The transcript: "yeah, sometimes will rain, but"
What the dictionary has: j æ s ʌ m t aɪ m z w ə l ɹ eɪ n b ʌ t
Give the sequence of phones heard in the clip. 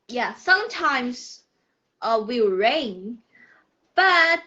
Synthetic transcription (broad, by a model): j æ s ʌ m t aɪ m z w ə w ɹ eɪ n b ʌ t